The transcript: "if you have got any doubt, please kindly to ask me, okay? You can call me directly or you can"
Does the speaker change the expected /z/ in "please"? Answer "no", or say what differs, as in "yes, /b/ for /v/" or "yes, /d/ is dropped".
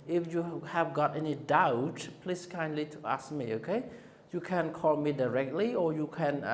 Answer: yes, /s/ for /z/